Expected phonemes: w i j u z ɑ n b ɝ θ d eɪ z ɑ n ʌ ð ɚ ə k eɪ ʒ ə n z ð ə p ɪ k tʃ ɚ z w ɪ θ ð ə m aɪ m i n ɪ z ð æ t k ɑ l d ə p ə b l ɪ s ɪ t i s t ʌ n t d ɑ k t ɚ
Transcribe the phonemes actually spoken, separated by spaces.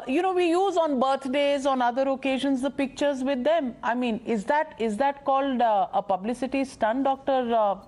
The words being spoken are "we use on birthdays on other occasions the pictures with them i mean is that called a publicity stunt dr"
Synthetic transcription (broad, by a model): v i j u z ɑ n b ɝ t d eɪ z ɑ n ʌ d ɚ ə k eɪ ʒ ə n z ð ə p ɪ k tʃ ɚ z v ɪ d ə m aɪ m i n ɪ z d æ t k ɑ l d ə p ə b l ɪ s ɪ t i s t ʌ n d ɑ k t ɚ